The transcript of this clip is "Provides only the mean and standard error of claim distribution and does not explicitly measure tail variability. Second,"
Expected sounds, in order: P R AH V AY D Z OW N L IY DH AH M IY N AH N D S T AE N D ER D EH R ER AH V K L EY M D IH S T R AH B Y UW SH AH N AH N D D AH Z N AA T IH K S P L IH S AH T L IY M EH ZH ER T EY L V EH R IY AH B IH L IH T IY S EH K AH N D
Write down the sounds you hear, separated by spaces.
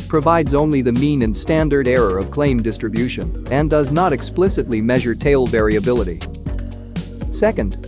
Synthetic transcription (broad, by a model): P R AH V AY D Z OW N L IY DH AH M IY N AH N S T AE N D ER D EH R ER AH V K L EY M D IH S T R AH B Y UW SH AH N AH N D D AH Z N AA T IH K S P L IH S AH T L IY M EH ZH ER T EY L V EH R IY AH B IH L IH T IY S EH K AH N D